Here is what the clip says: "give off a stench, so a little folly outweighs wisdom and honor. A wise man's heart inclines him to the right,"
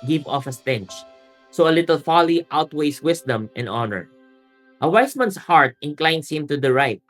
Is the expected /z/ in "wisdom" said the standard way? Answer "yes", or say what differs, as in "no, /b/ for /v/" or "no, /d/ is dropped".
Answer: no, /s/ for /z/